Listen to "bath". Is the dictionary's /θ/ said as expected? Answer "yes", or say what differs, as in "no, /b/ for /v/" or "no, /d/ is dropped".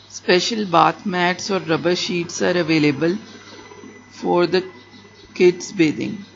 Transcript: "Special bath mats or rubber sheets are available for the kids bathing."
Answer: no, /t/ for /θ/